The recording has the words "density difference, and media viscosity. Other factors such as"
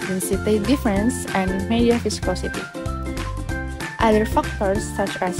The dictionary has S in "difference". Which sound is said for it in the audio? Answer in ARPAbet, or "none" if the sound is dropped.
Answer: S